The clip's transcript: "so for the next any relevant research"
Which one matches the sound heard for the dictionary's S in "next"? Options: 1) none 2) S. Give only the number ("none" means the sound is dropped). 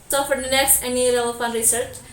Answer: 2